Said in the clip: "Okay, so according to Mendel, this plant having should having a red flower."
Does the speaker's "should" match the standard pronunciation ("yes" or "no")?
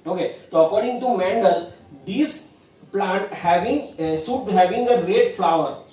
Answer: no